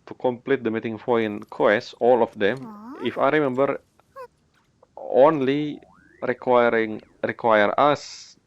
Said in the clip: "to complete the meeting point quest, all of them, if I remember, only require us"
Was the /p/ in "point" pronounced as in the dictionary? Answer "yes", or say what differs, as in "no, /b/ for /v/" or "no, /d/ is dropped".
no, /f/ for /p/